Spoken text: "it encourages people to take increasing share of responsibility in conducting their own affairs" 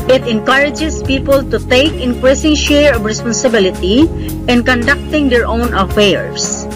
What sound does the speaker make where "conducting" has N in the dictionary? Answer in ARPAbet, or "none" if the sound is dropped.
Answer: N